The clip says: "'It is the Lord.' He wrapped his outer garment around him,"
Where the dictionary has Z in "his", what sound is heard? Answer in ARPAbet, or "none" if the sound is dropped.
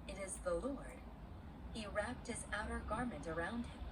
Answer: Z